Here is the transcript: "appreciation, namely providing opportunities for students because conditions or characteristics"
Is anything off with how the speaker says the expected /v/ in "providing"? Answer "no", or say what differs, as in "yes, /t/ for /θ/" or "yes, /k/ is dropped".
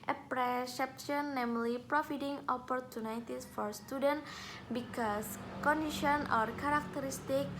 yes, /f/ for /v/